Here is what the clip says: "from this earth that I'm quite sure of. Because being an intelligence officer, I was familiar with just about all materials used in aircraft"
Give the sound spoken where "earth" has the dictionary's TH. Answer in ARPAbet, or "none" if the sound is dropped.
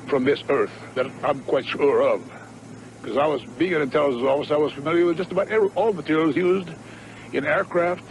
TH